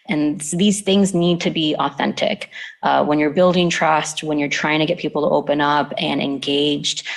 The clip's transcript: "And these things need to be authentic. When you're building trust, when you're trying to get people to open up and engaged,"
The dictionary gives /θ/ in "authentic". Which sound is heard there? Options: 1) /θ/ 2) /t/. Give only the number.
1